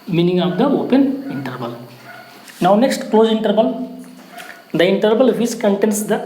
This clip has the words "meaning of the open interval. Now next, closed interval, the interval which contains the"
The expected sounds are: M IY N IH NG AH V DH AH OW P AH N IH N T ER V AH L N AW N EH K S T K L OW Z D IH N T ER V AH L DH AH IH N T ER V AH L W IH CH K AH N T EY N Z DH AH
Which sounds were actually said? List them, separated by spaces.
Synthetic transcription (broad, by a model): M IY N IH NG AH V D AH OW P AH N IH N T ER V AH L N AW N EH K S T K L OW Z IH N T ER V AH L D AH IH N T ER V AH L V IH S K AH N T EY N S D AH